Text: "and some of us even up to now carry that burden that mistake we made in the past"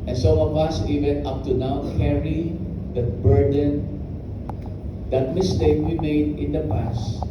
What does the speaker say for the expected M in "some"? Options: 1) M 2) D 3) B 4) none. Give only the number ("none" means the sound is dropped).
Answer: 4